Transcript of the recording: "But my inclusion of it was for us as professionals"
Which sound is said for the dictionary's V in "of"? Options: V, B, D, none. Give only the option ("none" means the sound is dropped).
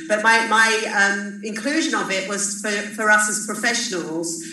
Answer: B